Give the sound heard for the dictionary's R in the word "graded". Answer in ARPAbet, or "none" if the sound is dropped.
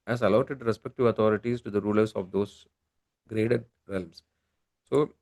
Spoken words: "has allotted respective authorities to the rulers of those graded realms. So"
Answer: R